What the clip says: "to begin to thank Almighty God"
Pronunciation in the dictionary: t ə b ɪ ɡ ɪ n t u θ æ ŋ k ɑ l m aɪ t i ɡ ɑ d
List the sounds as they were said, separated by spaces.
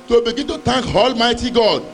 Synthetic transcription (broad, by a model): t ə b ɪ ɡ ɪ n t u t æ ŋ k ɑ l m aɪ t i ɡ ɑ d